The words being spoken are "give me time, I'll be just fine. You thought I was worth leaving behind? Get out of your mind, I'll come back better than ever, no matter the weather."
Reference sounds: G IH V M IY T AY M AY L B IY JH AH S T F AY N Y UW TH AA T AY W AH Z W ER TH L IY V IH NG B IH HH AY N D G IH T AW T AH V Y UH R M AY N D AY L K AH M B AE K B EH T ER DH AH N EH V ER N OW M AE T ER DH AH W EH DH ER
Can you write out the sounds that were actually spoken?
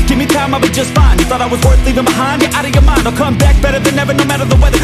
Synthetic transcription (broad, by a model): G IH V M IY T AY M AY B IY JH AH S T F AY N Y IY TH AA T AY W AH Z W ER TH L IY V IH NG B IH HH AY N D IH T AW T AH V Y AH R M AY N D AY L K AH M B AE K B EH T ER DH AH N EH V ER N OW M AE T ER DH AH W EH DH ER